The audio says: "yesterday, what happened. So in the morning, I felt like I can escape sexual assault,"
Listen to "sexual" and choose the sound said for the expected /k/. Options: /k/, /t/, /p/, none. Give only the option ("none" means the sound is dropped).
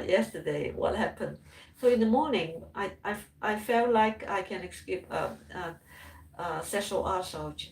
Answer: none